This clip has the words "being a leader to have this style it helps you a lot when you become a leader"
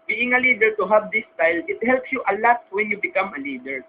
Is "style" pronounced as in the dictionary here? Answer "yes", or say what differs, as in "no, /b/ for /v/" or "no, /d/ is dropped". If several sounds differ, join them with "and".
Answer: yes